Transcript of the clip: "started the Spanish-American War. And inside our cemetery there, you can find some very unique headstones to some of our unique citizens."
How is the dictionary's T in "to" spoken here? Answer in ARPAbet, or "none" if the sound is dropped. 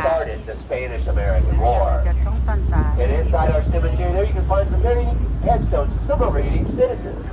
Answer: S